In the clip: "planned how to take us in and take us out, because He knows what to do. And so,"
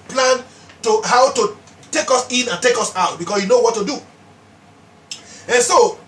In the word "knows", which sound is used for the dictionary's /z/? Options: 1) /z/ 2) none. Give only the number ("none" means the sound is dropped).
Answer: 2